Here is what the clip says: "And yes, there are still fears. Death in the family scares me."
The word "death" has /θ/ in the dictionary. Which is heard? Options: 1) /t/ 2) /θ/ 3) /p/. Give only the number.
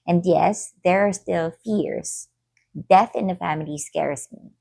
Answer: 2